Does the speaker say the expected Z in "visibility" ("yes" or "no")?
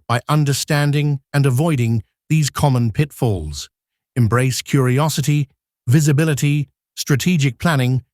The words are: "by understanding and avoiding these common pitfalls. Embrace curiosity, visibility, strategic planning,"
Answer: yes